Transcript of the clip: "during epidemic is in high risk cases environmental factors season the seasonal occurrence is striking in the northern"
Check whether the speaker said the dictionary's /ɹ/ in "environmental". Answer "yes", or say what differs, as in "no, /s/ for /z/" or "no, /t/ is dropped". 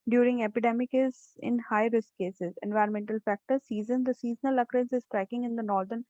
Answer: yes